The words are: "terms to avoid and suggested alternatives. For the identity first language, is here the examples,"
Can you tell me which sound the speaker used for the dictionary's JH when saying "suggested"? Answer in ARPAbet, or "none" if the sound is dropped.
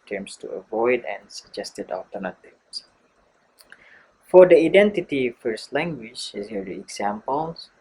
JH